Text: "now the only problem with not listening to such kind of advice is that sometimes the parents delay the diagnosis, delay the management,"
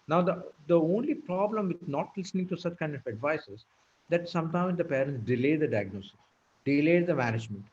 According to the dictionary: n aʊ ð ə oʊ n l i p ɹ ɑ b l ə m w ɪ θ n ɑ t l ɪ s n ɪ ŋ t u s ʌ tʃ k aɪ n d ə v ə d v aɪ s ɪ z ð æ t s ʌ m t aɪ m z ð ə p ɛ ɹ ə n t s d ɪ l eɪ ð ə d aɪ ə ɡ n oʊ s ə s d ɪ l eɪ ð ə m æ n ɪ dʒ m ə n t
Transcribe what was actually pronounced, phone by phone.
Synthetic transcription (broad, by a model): n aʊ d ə oʊ n l i p ɹ ɑ b l ə m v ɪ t n ɑ t l ɪ s n ɪ ŋ t u s ʌ tʃ k aɪ n d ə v ə d v aɪ s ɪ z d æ t s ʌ m t aɪ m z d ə p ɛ ɹ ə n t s d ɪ l eɪ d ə d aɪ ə ɡ n oʊ s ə s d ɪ l eɪ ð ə m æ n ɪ dʒ m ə n t